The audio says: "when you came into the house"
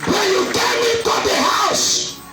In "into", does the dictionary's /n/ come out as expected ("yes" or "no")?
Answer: no